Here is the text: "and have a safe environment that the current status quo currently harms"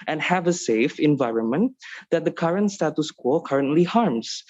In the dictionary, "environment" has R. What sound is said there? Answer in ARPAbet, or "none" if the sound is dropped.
R